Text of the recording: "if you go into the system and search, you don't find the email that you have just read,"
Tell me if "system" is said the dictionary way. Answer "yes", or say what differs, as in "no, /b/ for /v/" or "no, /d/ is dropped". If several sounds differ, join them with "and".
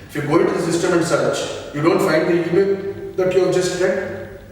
yes